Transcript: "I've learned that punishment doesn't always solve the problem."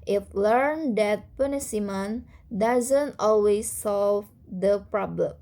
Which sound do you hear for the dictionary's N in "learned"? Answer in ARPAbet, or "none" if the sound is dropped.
N